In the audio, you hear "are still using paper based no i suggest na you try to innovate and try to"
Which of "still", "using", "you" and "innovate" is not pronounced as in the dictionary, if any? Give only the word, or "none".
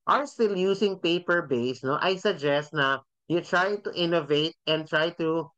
using